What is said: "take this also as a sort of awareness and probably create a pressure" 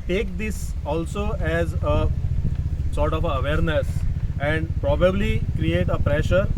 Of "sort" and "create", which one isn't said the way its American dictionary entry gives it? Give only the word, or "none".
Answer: none